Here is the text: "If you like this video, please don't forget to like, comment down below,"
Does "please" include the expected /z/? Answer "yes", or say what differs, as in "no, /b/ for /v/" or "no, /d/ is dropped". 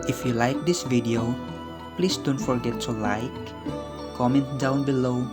no, /s/ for /z/